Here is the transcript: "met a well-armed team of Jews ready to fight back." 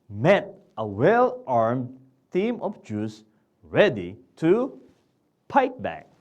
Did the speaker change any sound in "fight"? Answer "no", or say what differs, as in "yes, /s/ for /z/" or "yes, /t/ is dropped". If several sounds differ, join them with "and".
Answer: yes, /p/ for /f/